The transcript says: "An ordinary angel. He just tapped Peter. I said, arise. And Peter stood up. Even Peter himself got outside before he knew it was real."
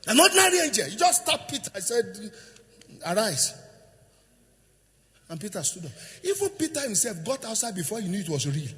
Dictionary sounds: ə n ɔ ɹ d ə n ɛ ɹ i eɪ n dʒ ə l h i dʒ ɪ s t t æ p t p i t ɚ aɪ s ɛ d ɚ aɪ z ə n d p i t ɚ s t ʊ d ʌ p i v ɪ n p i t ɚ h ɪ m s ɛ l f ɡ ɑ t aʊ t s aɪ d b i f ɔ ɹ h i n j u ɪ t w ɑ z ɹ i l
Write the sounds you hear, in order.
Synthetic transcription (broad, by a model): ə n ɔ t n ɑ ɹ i eɪ n dʒ ə l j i dʒ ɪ s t t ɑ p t p i t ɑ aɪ s ɛ d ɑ aɪ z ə n p i t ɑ s t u d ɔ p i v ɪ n p i t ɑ h ɪ m s ɛ l f ɡ ɑ t aʊ t s aɪ d b i f ɔ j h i n j u ɪ t w ɑ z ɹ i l